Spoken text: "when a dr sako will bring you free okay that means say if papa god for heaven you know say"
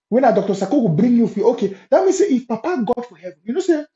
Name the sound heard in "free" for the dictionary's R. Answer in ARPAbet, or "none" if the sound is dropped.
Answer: none